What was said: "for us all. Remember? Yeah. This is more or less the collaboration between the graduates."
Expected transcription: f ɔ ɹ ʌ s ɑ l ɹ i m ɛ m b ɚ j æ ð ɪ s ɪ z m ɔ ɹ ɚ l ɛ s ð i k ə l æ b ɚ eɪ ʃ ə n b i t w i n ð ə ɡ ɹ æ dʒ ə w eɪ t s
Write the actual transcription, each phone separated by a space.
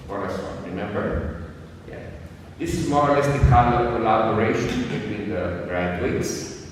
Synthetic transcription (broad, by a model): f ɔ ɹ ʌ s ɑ n ɹ i m ɛ m b ɚ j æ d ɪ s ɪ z m ɔ ɹ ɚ l ɛ s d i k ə l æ b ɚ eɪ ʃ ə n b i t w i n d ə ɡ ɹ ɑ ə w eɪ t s